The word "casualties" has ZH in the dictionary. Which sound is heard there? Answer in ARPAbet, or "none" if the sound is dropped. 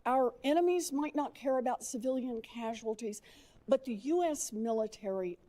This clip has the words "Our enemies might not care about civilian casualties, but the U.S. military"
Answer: ZH